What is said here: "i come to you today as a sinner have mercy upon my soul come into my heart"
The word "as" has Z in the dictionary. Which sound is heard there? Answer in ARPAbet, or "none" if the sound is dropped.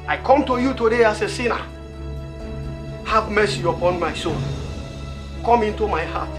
S